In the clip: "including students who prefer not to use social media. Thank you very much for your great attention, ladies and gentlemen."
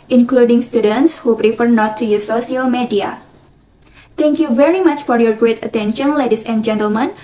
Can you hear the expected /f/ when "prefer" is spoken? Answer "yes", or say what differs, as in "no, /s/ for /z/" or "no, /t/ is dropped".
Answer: yes